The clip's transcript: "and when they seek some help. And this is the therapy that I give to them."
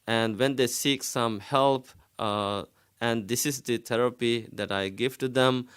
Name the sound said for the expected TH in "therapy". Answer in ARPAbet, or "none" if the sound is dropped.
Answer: T